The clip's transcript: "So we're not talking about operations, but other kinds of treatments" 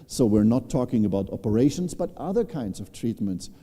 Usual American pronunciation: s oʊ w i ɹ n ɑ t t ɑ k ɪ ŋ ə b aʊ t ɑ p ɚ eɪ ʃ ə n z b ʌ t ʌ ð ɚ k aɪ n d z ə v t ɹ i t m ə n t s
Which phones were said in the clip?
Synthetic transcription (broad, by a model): s oʊ w i ɹ n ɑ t t ɑ k ɪ ŋ ə b aʊ t ɑ p ɚ eɪ ʃ ə n z b ʌ t ʌ ð ɚ k aɪ n d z ə v t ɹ i t m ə n t s